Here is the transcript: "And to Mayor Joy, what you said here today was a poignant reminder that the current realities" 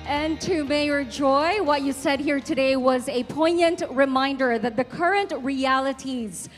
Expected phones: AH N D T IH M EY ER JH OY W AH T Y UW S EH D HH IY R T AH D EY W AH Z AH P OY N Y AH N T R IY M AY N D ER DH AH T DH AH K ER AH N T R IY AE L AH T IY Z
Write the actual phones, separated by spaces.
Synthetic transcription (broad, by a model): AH N T IH M EY ER JH OY W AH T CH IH S EH D HH IY R T AH D EY W AH Z AH P OY N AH N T R IY M AY N D ER DH AH T DH AH K ER AH N T R IY AE L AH T IY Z